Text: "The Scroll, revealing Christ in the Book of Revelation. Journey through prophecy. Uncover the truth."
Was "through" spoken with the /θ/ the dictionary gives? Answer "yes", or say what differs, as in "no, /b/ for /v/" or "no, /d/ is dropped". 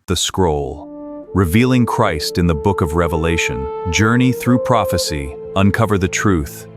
yes